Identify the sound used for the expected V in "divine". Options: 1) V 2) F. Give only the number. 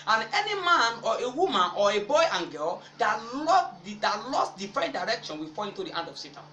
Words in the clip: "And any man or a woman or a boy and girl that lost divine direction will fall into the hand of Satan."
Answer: 2